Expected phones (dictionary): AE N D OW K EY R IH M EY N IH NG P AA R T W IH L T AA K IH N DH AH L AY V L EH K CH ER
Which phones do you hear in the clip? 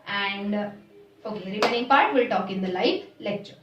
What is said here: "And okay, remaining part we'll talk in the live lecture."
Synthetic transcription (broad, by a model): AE N D OW K EY R IH M EY N IH NG P AA R T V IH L T AA K IH N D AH L AY F L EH K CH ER